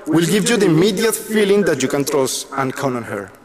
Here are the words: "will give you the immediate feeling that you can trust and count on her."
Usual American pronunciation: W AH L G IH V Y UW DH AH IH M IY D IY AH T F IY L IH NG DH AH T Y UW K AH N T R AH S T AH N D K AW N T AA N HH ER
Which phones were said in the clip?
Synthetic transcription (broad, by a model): W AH L G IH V Y UW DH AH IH M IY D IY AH T F IY L IH NG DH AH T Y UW K AH N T R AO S AH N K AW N AA N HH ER